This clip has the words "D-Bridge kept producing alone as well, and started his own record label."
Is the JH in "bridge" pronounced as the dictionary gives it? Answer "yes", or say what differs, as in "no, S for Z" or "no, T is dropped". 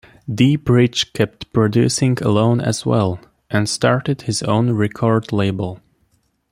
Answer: no, CH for JH